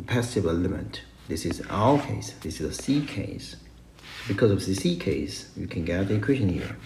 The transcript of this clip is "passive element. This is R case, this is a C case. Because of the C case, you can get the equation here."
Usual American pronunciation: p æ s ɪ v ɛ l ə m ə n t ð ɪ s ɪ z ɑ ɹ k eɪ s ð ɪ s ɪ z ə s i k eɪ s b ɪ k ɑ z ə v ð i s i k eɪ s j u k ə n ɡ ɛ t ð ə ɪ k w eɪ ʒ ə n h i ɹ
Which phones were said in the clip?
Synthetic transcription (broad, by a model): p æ s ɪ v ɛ l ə m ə t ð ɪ s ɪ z ɑ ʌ k eɪ s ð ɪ s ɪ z ə s i k eɪ s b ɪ k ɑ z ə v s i s i k eɪ s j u k ə n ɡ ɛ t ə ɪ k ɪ ʃ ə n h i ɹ